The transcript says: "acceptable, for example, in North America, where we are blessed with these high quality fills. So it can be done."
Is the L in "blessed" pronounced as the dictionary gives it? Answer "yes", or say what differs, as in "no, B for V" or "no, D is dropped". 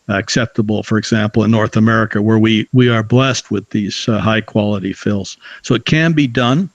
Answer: yes